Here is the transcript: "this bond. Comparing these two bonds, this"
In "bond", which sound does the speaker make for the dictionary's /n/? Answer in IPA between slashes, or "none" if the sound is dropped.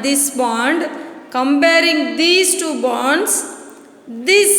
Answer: /n/